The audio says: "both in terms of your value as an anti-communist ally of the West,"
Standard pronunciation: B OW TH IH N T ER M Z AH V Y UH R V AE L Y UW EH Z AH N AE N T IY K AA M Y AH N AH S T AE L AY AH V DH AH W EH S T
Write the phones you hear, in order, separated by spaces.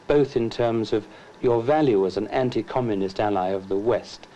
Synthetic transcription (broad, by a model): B OW TH IH N T ER M Z AH V Y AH R V AE L Y UW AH Z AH N AE N T IY K AA M Y AH N AH S T AE L AY AH V DH AH W EH S T